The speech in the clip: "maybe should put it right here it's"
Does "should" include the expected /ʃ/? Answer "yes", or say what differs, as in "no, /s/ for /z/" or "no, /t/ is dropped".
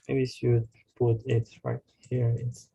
no, /s/ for /ʃ/